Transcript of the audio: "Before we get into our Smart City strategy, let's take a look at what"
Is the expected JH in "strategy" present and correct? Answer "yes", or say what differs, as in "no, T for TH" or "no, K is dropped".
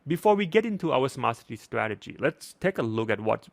yes